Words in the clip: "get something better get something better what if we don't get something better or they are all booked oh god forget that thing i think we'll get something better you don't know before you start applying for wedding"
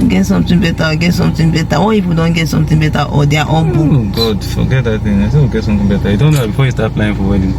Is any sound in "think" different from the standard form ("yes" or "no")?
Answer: yes